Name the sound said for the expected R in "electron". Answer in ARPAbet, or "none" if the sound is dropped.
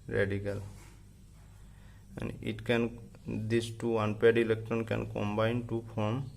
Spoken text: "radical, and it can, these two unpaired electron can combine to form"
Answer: none